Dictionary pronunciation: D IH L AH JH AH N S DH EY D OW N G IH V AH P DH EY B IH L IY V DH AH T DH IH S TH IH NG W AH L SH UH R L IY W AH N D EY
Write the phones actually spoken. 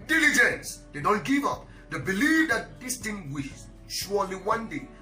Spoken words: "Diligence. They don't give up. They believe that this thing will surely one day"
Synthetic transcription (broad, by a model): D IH L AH JH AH N S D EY D OW N G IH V AH P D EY B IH L IY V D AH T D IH S T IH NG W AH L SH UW L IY W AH N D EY